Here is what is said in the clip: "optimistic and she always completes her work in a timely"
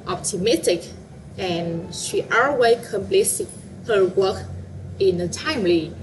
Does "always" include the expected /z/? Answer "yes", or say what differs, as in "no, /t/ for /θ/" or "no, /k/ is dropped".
no, /z/ is dropped